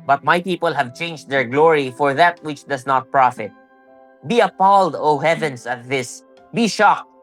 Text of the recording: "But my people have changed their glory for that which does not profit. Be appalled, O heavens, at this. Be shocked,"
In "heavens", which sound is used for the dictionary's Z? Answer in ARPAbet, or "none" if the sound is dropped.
S